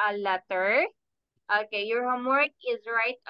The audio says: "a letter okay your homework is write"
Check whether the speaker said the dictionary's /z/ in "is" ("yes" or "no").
yes